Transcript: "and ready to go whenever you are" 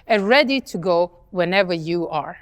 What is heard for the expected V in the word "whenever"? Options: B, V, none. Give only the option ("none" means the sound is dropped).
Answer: V